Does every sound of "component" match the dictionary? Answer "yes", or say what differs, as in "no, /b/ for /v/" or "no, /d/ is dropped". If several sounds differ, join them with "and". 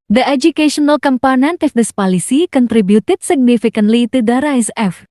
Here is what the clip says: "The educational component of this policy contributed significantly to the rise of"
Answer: yes